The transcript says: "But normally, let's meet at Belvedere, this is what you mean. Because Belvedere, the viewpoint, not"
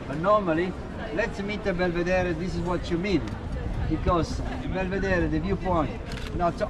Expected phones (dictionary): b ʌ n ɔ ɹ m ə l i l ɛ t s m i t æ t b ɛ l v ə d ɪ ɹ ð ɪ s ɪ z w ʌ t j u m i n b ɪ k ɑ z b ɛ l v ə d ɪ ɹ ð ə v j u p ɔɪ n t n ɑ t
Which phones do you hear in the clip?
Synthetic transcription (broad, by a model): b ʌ n ɔ ɹ m ə l i l ɛ t s m i t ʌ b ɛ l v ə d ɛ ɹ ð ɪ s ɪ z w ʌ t j u m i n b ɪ k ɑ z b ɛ l v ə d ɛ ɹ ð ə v j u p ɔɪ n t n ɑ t